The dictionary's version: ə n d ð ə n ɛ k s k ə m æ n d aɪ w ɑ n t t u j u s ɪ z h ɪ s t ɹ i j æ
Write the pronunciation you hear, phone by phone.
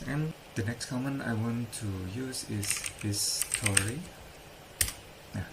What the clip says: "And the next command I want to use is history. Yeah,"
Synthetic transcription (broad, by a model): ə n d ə n ɛ k s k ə m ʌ n aɪ w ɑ n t t u j u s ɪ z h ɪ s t ɹ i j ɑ